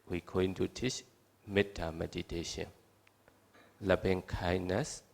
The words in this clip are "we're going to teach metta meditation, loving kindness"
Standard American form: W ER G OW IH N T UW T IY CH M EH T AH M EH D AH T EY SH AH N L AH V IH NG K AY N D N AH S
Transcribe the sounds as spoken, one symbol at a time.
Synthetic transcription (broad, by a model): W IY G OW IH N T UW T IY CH M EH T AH M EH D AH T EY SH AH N L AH B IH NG K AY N N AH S